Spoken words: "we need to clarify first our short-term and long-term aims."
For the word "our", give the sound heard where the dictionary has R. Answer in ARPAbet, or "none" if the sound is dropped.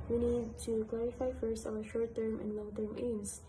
W